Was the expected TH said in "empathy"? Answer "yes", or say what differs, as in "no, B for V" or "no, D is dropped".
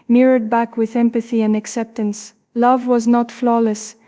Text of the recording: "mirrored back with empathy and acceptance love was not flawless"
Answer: yes